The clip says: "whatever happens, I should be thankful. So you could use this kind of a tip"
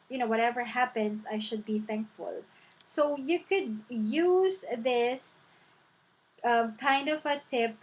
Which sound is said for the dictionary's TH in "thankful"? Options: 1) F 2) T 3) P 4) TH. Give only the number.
4